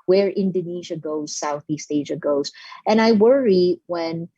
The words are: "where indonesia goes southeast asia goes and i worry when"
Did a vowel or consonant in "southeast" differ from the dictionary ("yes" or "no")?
no